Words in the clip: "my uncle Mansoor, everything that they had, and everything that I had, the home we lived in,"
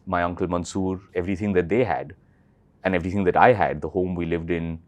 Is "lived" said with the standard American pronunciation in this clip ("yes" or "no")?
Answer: yes